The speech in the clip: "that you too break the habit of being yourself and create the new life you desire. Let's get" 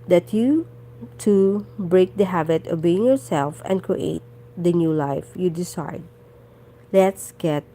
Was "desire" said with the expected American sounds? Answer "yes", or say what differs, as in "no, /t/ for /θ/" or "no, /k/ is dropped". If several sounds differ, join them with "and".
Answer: no, /s/ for /z/